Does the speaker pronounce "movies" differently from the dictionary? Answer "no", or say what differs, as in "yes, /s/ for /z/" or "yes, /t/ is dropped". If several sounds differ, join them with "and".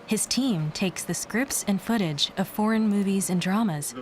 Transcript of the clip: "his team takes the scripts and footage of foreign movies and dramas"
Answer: no